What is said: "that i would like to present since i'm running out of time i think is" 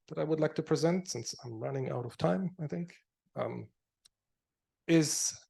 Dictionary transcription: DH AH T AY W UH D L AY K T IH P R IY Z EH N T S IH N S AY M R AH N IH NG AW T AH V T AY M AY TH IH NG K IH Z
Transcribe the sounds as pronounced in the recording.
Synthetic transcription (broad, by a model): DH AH T AY W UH D L AY K T IH P R IY Z EH N T S IH N S AY M R AH N IH NG AW T AH V T AY M AY TH IH NG K IH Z